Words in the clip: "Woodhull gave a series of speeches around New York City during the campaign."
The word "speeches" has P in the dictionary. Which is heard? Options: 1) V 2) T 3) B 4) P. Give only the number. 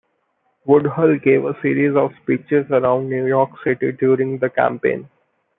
4